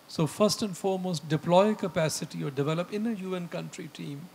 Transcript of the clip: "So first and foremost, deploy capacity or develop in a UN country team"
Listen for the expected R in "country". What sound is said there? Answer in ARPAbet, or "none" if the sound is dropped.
R